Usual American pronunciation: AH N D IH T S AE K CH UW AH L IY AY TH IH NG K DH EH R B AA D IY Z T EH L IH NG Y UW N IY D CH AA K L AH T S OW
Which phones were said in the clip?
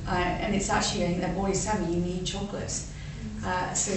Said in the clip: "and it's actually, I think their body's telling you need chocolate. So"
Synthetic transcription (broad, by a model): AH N IH T S AE K CH UW AH L IY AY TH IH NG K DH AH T B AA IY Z S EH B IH Y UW N IY D CH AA K L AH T S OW